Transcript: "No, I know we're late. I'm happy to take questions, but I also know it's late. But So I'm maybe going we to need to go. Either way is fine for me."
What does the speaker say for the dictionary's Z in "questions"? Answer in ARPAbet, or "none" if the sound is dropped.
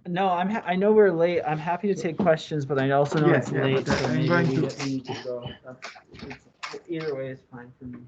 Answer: Z